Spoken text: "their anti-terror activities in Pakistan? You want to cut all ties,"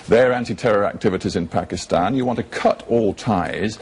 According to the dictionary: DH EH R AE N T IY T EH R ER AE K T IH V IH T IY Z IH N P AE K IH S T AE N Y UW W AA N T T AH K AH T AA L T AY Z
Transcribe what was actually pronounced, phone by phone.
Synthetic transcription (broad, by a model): DH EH R AE N T IY T EH R ER AE K T IH V IH T IY Z IH N P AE K IH S T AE N Y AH W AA N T T AH K AH T AA L T AY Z